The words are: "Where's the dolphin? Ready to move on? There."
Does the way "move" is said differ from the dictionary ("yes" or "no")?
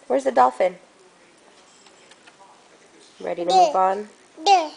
yes